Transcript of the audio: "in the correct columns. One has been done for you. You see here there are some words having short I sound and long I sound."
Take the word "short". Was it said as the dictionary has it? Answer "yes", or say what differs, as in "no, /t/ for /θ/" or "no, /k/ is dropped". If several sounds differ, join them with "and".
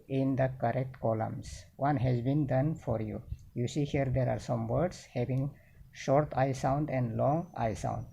yes